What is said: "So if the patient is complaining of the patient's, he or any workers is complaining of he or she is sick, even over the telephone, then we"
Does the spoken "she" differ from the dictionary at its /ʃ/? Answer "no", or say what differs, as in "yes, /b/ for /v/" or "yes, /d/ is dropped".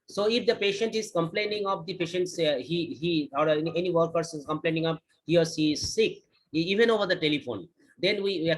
yes, /s/ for /ʃ/